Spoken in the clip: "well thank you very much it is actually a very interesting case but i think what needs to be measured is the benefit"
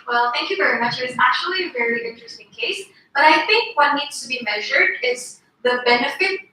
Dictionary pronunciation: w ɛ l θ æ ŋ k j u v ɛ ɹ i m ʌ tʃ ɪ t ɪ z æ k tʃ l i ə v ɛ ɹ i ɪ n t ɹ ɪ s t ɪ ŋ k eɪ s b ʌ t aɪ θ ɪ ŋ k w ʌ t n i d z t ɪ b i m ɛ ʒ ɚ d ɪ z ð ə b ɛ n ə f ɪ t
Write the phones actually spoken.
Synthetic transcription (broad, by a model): w ɛ l θ æ ŋ k j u v ɛ ɹ i m ʌ tʃ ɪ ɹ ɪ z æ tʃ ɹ l i ə v ɛ ɹ i ɪ n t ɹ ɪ s t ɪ ŋ k eɪ s b ʌ t aɪ θ ɪ ŋ k w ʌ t n i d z t ɪ b i m ɛ ʒ ɚ d ɪ z ð ə b ɛ n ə f ɪ t